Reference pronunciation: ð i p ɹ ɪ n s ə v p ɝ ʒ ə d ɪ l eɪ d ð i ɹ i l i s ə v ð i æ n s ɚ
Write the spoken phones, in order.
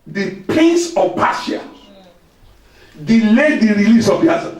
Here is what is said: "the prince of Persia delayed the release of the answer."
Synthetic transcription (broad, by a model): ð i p ɪ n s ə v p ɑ ʃ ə d ɪ l eɪ d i ɹ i l i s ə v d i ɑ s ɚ